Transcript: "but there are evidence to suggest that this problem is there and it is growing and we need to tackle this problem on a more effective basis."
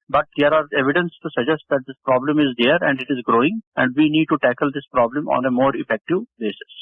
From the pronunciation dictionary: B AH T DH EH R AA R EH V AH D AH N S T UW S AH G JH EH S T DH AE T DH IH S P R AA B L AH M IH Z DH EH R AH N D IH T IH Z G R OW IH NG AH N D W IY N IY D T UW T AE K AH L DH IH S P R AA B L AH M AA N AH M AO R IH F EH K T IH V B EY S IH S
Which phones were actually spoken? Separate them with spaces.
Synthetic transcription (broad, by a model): B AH T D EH R AA R EH V AH D AH N S T UW S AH JH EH S T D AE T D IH S P R AA B L AH M IH Z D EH R AH N D IH T IH Z G R OW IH NG AH N D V IY N IY D T UW T AE K AH L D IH S P R AA B L AH M AA N AH M AO R IH F EH K T IH V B EY S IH S